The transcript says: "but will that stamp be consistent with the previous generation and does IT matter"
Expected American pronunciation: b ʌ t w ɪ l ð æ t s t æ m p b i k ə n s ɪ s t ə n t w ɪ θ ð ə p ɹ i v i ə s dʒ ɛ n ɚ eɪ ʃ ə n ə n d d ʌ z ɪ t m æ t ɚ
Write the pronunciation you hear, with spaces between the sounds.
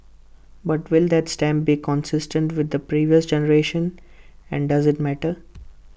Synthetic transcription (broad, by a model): b ʌ t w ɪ l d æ t s t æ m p b i k ə n s ɪ s t ə n t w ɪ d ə p ɹ i v i ə s dʒ ɛ n ɚ eɪ ʃ ə n ə n d d ʌ z ɪ t m æ t ɚ